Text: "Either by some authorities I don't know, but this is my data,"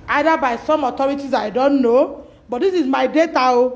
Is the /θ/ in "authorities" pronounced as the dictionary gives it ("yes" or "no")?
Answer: no